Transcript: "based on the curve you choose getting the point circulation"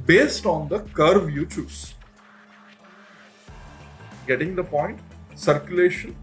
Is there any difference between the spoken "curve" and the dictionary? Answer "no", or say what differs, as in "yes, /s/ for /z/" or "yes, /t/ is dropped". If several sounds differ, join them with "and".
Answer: no